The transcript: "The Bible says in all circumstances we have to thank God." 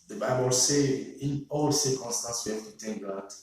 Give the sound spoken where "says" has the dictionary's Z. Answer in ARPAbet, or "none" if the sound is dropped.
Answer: none